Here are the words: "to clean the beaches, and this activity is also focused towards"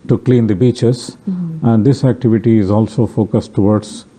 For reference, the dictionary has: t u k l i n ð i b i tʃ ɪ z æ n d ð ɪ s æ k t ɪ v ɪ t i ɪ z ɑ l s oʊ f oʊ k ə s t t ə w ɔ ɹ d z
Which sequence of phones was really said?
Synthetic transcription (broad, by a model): t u k l i n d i b i tʃ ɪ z æ n d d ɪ s æ k t ɪ v ɪ t i ɪ z ɑ l s oʊ f oʊ k ə s t t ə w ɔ ɹ d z